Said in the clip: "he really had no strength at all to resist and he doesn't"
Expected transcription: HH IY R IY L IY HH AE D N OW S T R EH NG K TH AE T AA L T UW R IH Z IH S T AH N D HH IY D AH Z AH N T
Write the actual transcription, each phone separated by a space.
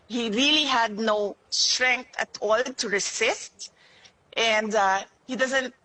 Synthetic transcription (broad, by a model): HH IY R IY L IY HH AE D N OW S T R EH NG K T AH T AA L T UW R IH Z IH S T AH N D HH IY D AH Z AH N T